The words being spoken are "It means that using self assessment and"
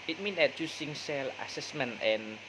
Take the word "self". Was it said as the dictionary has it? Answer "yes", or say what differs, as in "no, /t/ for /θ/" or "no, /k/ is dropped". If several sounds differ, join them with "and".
no, /f/ is dropped